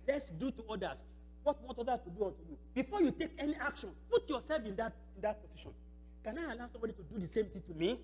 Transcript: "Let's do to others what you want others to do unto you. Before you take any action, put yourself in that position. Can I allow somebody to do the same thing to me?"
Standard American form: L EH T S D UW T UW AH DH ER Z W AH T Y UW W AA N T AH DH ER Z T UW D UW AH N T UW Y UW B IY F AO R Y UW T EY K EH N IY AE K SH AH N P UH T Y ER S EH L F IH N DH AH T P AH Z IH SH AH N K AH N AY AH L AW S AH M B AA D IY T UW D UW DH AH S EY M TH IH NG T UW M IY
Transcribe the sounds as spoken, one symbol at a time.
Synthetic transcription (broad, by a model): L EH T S D UW T UW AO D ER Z W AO T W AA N T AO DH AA S T UW D UW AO N T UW Y UW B IY F AO Y UW T EY K EH N IY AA K SH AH N P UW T Y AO S EH L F IH N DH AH T P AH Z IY SH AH N K AH N AY AH L AW S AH M B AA D IY T UW D UW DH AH S EY M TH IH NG T UW M IY